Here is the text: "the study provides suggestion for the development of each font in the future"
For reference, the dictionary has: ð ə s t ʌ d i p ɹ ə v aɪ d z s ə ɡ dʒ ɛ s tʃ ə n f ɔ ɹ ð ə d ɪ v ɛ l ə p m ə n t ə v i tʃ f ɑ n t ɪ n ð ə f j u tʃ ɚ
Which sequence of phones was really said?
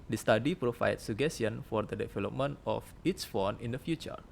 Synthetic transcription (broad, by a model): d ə s t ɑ d i p ɹ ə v aɪ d s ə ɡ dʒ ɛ s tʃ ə n f ɔ ɹ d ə d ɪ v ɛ l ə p m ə n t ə f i s f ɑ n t ɪ n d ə f j u tʃ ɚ